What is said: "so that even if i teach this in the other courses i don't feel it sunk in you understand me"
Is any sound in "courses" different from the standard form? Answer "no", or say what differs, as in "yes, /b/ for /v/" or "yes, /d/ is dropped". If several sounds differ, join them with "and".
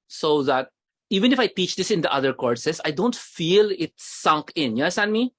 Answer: yes, /s/ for /z/